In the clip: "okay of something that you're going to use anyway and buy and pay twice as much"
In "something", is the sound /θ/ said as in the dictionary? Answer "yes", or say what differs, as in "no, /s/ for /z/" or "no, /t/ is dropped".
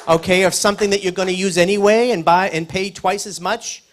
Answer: yes